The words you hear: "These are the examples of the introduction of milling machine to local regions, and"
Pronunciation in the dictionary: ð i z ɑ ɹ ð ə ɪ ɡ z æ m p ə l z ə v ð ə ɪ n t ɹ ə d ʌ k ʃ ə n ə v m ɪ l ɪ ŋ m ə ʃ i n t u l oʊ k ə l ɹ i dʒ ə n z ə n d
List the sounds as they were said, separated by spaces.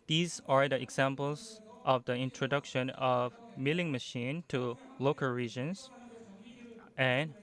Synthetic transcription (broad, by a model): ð i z ɑ ɹ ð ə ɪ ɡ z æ m p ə l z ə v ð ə ɪ n t ɹ ə d ʌ k ʃ ə n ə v m ɪ l ɪ ŋ m ə ʃ i n t u l oʊ k ə l ɹ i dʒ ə n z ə n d